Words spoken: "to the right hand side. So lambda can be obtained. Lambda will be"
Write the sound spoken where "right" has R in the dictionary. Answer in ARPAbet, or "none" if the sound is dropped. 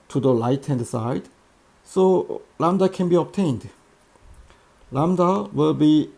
L